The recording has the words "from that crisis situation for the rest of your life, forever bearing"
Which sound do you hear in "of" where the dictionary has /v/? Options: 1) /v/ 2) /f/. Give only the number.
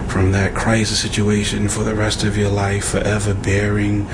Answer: 1